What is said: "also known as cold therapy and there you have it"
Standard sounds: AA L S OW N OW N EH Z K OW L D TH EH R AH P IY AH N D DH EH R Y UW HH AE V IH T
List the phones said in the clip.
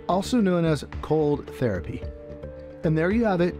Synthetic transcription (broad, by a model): AA L S OW N OW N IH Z K OW L D TH EH R AH P IY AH N DH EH R Y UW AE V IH T